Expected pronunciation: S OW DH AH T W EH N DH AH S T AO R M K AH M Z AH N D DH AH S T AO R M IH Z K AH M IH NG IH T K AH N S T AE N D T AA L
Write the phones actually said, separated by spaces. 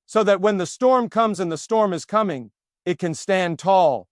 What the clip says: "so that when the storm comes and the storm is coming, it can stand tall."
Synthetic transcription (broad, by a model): S OW DH AH T W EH N DH AH S T AO R M K AH M Z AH N DH AH S T AO R M IH Z K AH M IH NG IH T K AH N S T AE N T AA L